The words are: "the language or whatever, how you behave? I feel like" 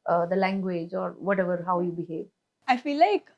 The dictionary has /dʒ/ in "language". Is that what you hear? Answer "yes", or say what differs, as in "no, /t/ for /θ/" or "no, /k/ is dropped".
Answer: yes